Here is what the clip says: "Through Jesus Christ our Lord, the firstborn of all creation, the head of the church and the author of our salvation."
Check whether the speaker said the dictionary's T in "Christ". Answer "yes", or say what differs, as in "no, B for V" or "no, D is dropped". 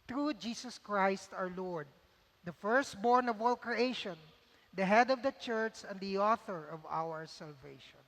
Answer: yes